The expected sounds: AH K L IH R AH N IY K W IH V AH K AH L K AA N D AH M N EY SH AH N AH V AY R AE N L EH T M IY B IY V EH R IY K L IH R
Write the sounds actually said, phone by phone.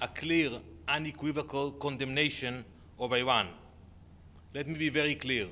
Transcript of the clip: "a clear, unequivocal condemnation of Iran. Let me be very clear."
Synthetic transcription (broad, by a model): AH K L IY R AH N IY K W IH V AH K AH L K AA N D AH M N EY SH AH N AH V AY W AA N L EH T M IY B IY V EH R IY K L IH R